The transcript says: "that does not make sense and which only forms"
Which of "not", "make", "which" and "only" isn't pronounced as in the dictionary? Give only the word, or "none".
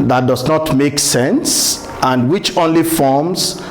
none